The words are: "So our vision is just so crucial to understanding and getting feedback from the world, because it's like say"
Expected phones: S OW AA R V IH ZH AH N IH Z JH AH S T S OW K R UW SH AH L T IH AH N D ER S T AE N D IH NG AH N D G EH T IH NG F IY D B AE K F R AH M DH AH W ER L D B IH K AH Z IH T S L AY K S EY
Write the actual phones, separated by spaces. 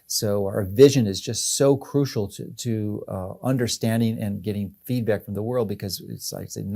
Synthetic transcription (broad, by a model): S OW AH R V IH ZH AH N IH Z JH AH S T S OW K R UW SH L T IH AH N D ER S T AE N D IH NG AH N G EH T IH NG F IY D B AE K F R AH M DH AH W ER L D B IH K AH Z IH T S L AY K S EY